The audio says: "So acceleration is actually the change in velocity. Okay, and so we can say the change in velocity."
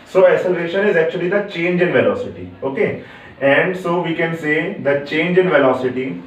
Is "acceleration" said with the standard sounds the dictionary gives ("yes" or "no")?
no